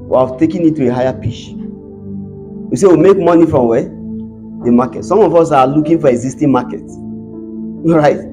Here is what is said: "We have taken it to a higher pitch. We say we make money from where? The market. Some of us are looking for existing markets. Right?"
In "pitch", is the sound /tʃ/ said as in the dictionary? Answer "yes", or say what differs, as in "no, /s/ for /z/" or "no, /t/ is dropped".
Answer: no, /ʃ/ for /tʃ/